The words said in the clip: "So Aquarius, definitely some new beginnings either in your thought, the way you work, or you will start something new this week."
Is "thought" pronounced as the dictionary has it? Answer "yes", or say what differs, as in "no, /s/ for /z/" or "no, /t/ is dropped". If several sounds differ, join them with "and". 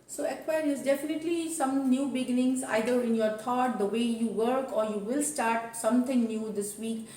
no, /t/ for /θ/